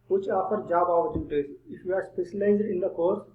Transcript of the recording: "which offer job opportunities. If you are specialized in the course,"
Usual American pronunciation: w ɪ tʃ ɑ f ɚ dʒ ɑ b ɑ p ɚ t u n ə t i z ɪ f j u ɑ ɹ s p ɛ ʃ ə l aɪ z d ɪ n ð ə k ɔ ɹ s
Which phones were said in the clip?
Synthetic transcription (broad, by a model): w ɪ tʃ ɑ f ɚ dʒ ɑ b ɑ ɚ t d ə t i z ɪ f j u ɑ ɹ s p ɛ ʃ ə l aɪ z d ɪ n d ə k ɔ ɹ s